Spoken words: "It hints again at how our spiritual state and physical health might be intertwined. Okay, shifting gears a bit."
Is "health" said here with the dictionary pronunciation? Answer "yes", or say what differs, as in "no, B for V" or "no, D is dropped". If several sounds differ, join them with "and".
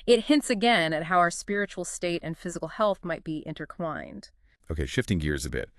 yes